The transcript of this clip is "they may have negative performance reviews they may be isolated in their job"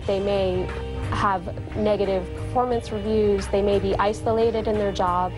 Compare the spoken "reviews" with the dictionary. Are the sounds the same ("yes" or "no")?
yes